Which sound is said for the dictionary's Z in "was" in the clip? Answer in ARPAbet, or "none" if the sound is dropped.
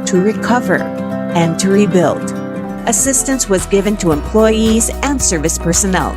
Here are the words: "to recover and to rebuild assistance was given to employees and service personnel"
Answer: Z